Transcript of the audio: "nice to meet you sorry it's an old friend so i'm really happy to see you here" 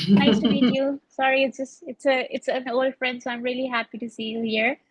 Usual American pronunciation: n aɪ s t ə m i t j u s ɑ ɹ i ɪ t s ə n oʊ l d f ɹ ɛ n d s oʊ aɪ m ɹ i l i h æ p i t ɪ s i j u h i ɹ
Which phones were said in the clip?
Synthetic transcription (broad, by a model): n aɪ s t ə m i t j u s ɑ ɹ i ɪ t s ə n oʊ l d f ɹ ɛ n d s oʊ aɪ m ɹ i l i h æ p i t ɪ s i j u h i ɹ